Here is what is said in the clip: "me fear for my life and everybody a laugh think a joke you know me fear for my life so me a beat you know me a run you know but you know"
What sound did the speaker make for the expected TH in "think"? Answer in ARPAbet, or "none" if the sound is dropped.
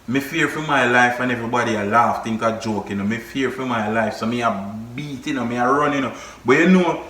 T